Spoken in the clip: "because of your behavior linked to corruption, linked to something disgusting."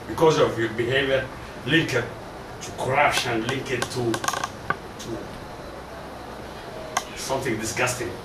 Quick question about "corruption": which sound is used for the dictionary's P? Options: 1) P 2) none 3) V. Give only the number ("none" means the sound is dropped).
2